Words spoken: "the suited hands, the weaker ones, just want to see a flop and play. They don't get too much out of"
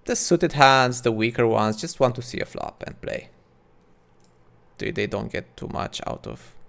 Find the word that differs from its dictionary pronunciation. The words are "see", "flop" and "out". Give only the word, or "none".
none